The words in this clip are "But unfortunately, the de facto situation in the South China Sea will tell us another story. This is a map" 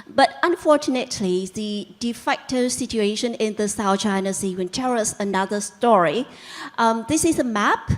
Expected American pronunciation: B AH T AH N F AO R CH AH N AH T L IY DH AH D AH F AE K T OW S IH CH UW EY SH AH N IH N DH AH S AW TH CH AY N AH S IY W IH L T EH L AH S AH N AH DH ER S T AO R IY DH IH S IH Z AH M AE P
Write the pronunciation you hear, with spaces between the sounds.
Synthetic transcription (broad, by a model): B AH T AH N F AO R CH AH N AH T L IY DH AH D AH F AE K T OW S IH CH UW EY SH AH N IH N DH AH S AW TH CH AY N AH S IY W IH N T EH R AH S AH N AH DH ER S T AO R IY DH IH S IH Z AH M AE P